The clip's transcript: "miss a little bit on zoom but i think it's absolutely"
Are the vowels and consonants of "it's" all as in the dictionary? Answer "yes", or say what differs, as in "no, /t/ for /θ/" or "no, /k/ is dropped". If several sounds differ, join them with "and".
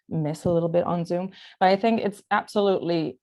yes